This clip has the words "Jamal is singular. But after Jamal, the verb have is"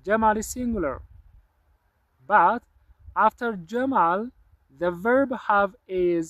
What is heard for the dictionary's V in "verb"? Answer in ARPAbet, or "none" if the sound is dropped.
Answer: V